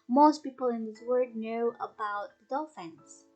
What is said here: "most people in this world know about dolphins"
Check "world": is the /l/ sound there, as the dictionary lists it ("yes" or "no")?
no